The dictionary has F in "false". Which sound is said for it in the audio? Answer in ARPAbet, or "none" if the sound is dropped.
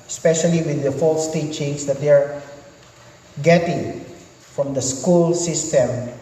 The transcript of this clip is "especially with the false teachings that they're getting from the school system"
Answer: F